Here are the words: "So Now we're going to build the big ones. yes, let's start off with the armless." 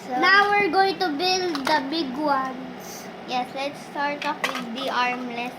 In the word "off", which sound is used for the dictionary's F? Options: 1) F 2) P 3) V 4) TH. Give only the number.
2